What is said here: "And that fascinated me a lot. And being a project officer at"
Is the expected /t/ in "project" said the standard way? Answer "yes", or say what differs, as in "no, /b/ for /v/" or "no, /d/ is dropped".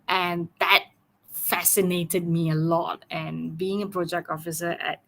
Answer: yes